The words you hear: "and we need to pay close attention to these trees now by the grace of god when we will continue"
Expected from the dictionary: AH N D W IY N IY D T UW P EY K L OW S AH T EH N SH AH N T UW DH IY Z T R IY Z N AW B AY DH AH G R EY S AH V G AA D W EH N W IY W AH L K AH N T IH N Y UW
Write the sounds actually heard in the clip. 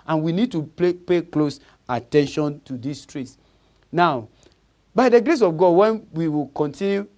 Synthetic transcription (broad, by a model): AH N W IY N IY D T UW P EY K L OW S AH T EH N SH AH N T UW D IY S T R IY S N AW B AY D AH G R EY S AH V G AA D W EH N W IY W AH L K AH N T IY N Y UW